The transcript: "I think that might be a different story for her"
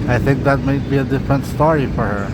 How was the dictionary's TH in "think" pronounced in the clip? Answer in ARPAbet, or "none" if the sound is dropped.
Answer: TH